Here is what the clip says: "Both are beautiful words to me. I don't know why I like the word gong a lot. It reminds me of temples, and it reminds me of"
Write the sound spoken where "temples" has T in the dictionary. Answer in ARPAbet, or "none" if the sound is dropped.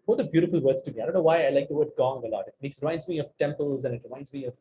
T